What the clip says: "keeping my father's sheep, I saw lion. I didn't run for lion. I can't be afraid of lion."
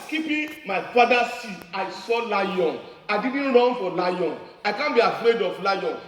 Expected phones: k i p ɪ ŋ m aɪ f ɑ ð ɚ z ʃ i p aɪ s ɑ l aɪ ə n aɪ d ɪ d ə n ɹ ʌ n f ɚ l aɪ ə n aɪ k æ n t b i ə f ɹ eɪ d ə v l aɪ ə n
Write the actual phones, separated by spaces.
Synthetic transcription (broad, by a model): k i p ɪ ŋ m aɪ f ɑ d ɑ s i aɪ s ɑ l aɪ ə n aɪ d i d n ɹ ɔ n f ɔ l aɪ ə n aɪ k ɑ n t b i ə f ɹ eɪ d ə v l aɪ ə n